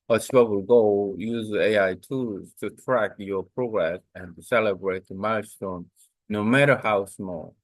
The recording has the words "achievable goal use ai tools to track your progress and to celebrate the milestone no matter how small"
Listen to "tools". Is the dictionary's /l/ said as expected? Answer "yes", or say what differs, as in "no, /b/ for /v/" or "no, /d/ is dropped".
no, /l/ is dropped